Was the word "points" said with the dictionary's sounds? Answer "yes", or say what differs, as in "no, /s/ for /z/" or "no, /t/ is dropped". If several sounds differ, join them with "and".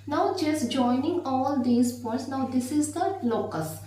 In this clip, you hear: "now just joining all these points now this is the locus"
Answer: no, /n/ is dropped